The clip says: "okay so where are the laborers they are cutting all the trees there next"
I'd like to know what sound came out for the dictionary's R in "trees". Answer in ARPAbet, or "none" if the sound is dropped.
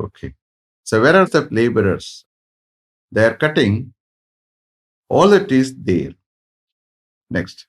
none